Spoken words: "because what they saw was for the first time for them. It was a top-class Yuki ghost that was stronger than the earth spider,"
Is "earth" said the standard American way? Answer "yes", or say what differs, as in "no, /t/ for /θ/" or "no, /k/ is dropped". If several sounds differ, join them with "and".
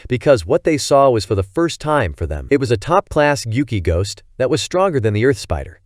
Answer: yes